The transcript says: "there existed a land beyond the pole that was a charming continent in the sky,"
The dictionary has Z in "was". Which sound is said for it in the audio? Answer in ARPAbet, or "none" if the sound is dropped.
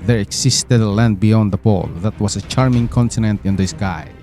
S